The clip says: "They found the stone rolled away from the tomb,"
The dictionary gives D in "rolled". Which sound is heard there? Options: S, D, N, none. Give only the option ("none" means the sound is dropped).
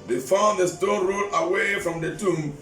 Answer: none